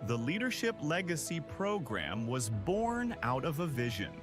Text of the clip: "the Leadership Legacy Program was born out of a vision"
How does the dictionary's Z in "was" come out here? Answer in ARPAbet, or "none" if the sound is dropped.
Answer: Z